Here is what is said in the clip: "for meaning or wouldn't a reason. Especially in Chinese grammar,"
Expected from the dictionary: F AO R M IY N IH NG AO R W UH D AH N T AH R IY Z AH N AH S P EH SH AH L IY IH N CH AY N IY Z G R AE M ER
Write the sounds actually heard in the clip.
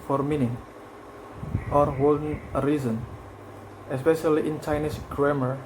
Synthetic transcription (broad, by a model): F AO R M IY N IH NG AO R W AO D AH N AH R IY Z AH N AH S P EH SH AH L IY IH N CH AY N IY S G R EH M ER